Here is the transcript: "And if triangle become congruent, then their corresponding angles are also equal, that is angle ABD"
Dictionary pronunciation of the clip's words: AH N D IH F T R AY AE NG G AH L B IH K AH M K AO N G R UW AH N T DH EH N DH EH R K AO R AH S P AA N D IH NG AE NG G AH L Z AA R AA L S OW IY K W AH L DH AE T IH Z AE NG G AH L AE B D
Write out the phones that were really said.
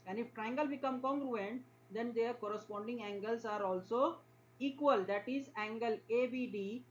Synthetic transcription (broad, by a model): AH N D IH F T R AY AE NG G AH L B IH K AH M K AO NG G R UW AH N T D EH N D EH R K AO R AH S P AA N D IH NG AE NG G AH L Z AA R AA L S OW IY K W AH L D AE T IH Z AE NG G AH L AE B D